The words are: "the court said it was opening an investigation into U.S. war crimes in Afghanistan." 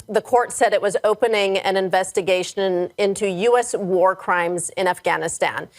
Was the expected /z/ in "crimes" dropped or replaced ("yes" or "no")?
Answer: no